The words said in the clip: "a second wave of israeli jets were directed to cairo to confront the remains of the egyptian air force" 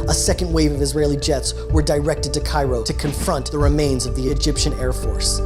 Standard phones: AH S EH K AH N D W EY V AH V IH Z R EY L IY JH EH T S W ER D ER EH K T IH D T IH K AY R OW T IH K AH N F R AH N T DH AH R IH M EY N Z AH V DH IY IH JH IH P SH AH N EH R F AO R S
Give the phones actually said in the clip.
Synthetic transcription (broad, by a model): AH S EH K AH N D W EY V AH V IH Z R EY L IY JH EH T S W ER D ER EH K T IH D T IH K AY R OW T IH K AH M F R AH N DH AH R IH M EY N Z AH V DH IY IH JH IH P SH AH N EH R F AO R S